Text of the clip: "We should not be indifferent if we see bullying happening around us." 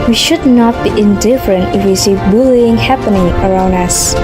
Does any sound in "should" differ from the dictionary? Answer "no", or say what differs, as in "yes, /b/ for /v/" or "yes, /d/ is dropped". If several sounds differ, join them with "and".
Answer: no